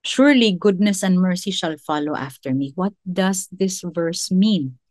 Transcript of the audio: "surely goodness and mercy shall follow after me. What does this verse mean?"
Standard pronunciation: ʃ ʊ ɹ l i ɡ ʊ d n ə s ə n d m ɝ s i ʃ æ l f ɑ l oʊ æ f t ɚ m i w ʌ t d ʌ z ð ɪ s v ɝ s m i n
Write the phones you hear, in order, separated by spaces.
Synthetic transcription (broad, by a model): ʃ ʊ ɹ l i ɡ ʊ d n ə s ə n d m ɝ s i ʃ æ l f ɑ l oʊ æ f t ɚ m i w ʌ t d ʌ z ð ɪ s v ɝ s m i n